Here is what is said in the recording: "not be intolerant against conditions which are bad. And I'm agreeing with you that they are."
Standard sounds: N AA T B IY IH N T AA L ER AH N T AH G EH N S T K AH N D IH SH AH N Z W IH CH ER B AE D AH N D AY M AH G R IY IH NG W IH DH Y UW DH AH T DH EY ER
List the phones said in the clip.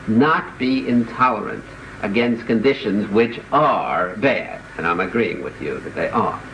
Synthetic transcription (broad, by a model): N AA T B IY IH N T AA L ER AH N T AH G EH N S T K AH N D IH SH AH N Z W IH CH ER B AE D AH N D AY M AH G R IY IH NG W IH DH Y UW DH AH T DH EY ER